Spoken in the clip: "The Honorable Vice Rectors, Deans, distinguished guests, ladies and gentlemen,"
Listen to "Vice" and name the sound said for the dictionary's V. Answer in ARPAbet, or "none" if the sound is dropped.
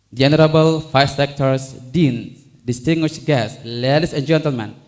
F